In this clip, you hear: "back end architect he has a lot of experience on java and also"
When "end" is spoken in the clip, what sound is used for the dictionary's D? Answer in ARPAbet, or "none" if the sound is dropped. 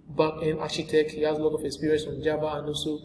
none